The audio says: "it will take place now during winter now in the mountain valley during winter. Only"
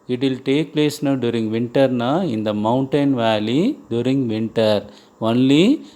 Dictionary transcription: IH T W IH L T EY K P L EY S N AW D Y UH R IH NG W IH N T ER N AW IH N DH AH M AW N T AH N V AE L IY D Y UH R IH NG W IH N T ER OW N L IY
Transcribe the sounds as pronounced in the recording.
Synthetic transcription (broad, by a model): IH T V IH L T EY K P L EY S N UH D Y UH R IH NG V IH N T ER N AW IH N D AH M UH N T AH N V AE L IY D Y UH R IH NG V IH N T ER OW N L IY